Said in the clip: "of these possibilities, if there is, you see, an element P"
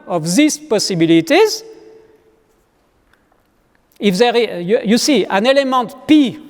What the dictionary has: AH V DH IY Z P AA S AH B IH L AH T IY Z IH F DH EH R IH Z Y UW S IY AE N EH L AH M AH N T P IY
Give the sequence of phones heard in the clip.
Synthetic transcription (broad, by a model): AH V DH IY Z P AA S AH B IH L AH T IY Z IH F DH EH R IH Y Y UW S IY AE N EH L AH M AH N T P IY